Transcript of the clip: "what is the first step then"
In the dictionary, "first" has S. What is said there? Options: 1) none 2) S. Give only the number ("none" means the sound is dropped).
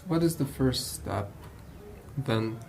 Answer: 2